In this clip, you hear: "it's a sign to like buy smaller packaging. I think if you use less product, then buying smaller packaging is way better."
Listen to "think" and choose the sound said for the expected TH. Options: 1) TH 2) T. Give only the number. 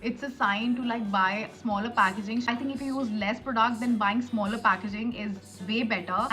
2